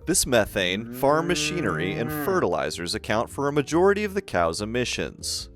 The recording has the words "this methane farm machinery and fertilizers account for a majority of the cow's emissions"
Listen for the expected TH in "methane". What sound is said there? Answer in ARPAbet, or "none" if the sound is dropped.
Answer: TH